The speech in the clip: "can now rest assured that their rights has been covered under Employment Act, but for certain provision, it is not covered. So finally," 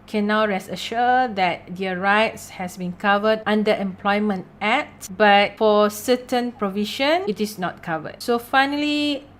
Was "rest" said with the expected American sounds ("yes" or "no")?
no